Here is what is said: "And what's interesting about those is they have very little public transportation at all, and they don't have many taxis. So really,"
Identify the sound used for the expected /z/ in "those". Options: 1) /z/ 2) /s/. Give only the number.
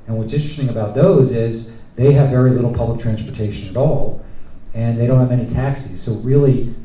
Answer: 1